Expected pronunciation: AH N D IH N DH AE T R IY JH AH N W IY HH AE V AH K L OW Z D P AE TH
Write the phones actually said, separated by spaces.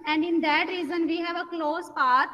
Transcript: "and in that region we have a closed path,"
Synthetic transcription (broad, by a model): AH N D IH N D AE T R IY Z AH N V IY HH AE V AH K L OW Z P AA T